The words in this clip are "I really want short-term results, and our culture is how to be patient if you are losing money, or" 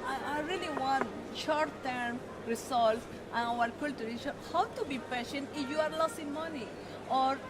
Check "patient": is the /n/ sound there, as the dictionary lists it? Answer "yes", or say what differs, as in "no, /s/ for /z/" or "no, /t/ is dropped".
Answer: yes